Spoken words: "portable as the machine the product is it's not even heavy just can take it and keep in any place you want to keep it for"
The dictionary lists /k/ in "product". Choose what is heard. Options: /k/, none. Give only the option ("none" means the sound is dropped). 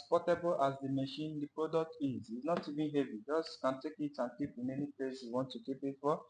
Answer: /k/